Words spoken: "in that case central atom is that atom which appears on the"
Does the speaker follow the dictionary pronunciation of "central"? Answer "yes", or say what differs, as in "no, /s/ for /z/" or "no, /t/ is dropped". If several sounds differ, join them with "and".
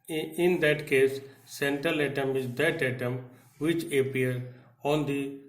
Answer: yes